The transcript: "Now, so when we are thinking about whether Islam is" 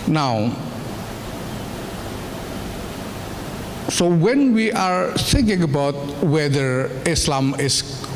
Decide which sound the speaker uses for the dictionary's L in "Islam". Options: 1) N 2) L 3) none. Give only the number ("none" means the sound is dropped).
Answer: 2